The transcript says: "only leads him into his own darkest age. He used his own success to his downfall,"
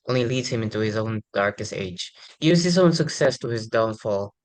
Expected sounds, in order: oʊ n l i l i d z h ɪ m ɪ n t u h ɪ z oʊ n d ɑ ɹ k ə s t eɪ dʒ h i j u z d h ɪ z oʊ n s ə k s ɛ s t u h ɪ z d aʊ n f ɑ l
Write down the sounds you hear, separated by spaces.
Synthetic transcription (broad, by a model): oʊ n l i l i d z h ɪ m ɪ n t u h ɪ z oʊ n d ɑ ɹ k ə s t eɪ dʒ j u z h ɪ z oʊ n s ə k s ɛ s t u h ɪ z d aʊ n f ɑ l